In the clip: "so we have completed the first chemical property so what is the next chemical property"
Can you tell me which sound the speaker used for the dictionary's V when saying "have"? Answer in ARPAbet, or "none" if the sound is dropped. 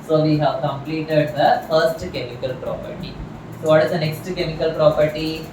V